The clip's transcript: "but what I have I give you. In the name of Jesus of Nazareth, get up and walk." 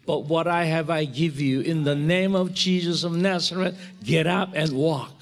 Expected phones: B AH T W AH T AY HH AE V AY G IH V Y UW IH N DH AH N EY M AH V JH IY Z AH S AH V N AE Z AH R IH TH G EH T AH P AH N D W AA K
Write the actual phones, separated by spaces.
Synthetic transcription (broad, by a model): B AH T W AH T AY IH V AY G IH V Y UW IH N DH AH N EY M AH V JH IY Z AH S AH V N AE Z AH R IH T G EH T AH P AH N W AA K